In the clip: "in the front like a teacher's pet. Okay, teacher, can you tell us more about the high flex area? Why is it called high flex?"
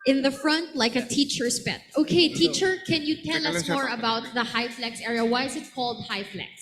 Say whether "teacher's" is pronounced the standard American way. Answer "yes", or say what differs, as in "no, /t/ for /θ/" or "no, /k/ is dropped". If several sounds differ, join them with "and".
no, /s/ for /z/